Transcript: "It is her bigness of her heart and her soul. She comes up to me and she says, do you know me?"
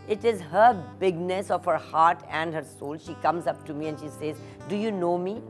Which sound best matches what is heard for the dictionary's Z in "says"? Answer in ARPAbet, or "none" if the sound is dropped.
Z